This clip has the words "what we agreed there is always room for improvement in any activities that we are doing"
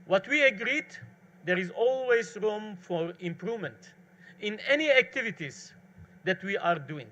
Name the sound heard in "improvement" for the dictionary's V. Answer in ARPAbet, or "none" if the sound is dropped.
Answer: V